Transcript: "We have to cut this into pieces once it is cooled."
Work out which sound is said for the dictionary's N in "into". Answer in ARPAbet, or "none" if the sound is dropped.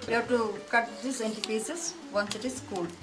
N